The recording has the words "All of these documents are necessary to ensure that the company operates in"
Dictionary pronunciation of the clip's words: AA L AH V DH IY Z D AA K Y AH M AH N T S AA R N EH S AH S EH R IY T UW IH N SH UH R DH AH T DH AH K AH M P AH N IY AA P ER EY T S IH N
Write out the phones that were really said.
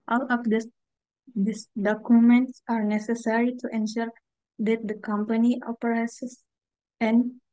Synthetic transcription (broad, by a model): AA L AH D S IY S D AA K Y AH M AH N T S AA R N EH S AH S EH R IY T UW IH N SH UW R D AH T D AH K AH M P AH N IY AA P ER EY S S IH N